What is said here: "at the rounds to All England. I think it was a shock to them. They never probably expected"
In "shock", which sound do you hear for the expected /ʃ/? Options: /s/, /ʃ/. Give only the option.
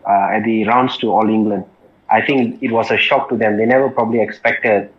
/ʃ/